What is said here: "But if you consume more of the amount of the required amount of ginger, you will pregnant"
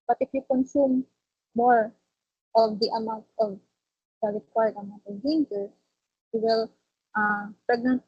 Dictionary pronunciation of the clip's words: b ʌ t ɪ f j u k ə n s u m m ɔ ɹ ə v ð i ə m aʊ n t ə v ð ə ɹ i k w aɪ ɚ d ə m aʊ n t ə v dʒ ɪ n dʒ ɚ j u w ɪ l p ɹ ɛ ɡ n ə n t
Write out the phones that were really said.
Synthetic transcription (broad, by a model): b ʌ t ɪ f j u k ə n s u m m ɔ ɹ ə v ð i ə m aʊ n t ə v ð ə l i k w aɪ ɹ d ə m aʊ n t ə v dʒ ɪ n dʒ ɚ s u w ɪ l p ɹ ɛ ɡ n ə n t